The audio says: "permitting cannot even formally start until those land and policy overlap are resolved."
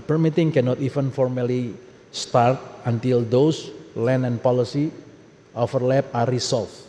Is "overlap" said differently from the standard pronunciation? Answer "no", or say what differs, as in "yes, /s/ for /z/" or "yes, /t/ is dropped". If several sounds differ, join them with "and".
yes, /f/ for /v/